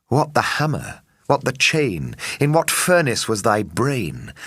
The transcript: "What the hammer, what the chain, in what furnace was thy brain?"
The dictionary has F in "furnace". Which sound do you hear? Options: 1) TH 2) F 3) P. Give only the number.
2